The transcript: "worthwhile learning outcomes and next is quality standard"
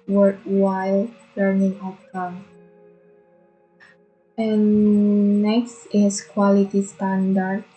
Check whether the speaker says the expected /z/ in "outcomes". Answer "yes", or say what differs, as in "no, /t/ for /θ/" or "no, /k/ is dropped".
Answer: no, /z/ is dropped